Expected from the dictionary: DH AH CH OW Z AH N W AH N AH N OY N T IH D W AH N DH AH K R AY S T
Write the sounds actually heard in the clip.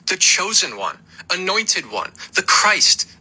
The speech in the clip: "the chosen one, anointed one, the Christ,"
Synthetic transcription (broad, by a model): DH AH CH OW Z AH N W AH N AH N OY N T IH D W AH N DH AH K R AY S T